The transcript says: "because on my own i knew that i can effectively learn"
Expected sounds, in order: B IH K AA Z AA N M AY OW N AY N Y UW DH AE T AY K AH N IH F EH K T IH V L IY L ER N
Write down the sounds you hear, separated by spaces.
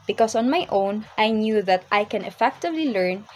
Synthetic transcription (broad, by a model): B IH K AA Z AA N M AY OW N AY N Y UW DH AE T AY K AH N IH F EH K T IH V L IY L ER N